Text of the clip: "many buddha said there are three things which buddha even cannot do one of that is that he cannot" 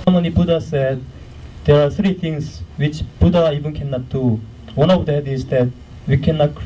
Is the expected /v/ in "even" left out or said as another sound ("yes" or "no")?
yes